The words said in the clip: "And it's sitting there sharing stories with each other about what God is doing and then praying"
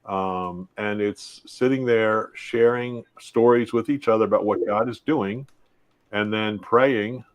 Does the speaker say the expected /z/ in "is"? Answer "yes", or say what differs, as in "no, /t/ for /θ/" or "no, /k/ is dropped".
yes